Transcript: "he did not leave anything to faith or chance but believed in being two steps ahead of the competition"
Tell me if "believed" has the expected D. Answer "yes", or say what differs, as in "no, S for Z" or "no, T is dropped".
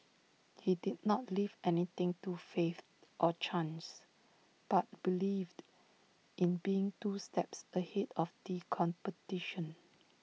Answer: yes